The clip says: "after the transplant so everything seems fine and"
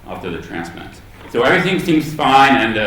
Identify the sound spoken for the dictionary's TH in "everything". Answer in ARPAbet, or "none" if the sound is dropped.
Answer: TH